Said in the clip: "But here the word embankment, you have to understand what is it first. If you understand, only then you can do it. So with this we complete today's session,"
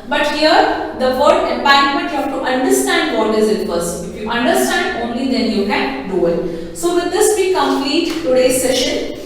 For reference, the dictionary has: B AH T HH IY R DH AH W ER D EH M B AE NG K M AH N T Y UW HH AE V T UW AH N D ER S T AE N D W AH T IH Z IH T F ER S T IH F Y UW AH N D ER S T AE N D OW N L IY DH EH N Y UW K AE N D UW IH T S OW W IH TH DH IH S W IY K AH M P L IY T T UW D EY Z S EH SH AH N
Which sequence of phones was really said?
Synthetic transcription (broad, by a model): B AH T HH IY R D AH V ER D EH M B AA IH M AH N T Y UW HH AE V T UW AH N D ER S T AE N D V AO T IH Z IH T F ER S IH F Y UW AH N D ER S T AE N D OW N L IY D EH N Y UW K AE N D UW IH T S OW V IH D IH S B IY K AH M P L IY T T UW D EY S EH SH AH N